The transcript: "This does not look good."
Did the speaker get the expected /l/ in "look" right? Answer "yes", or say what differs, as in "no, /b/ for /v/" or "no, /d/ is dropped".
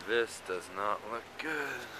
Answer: yes